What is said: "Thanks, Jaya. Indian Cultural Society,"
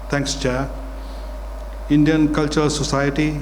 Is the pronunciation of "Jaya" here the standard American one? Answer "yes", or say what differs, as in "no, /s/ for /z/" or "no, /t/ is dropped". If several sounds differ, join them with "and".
no, /tʃ/ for /dʒ/